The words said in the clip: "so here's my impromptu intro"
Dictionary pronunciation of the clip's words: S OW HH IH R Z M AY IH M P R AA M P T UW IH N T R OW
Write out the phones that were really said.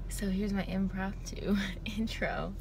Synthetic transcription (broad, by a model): S OW HH IH R Z M AY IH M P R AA P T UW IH N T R OW